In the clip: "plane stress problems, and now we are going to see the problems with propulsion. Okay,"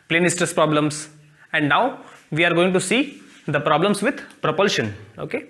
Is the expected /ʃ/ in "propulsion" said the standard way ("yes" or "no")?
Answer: yes